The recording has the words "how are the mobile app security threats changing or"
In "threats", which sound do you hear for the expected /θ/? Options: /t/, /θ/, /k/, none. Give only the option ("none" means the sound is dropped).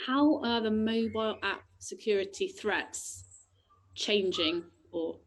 /θ/